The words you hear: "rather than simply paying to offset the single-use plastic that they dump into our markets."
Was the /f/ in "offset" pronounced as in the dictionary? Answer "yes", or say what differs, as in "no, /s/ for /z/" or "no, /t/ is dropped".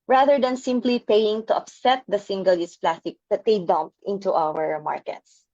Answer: no, /p/ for /f/